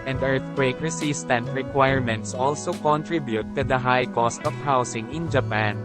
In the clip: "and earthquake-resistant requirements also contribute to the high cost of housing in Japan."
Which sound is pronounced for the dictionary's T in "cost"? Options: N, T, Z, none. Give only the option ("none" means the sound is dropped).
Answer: T